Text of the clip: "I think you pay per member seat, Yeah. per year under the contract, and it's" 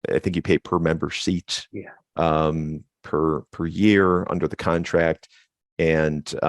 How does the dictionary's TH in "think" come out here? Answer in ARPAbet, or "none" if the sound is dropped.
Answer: TH